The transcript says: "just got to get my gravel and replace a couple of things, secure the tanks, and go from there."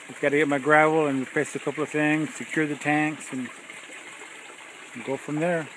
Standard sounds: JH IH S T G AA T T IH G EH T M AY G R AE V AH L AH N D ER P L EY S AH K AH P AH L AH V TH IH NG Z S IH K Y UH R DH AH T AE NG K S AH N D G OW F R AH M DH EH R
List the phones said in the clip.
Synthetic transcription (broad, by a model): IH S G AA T T IH G EH T M AY G R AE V L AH N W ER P EY S AH K AH P L AH V TH IH NG Z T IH K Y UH R DH AH T AE NG K S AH N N G OW F R AH M DH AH R